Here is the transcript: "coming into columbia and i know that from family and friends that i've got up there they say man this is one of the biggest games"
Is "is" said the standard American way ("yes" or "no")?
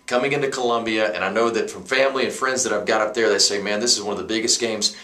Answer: yes